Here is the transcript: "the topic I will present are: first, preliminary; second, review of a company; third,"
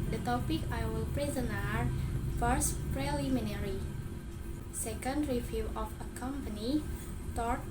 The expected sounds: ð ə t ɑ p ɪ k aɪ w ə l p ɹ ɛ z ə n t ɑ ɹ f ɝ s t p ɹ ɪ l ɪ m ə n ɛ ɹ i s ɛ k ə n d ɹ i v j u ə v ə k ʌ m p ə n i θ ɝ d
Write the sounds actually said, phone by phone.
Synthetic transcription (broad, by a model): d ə t ɑ p ɪ k aɪ w ə l p ɹ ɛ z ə n ɑ ɹ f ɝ s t p ɹ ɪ l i m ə n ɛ ɹ i s ɛ k ə n d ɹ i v j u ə f ə k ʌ m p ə n i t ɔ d